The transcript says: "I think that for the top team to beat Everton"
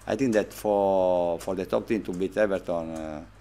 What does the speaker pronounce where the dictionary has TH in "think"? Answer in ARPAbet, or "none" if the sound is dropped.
T